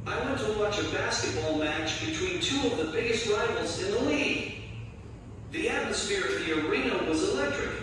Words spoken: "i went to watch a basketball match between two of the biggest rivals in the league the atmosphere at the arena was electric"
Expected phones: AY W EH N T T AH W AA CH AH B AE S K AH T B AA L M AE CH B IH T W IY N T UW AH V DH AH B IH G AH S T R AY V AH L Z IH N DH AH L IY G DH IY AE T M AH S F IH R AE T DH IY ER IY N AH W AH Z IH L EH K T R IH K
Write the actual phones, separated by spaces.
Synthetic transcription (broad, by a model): AY W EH N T T AH W AA CH AH B AE S K AH T B AA L M AE CH B IH T W IY N T UW AH V DH AH B IH G AH S T R AY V L Z IH N DH AH L IY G DH IY AE T M AH S F IH R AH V DH IY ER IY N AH W AH Z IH L EH K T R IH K